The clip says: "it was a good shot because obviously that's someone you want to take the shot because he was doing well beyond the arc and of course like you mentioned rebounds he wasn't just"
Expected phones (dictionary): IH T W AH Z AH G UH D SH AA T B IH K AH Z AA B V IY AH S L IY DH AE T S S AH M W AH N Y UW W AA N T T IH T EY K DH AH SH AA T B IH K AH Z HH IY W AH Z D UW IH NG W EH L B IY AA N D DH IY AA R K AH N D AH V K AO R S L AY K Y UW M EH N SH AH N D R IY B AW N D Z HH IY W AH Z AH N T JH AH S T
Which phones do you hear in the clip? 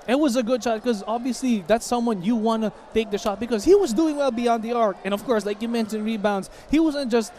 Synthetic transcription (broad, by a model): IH T W AH Z AH G UH D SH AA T K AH Z AA B V IY AH S L IY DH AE T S S AH M W AH N Y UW W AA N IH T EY K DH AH SH AA T B IH K AH Z HH IY W AH Z D UW IH NG W EH L B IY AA N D DH IY AA R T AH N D AH V K AO R S L AY K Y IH M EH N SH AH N R IY B AW N D Z HH IY W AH Z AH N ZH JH AH S T